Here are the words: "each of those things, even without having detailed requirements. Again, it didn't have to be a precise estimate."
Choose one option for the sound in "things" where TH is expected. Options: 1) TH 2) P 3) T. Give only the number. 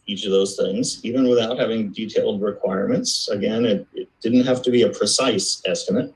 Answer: 1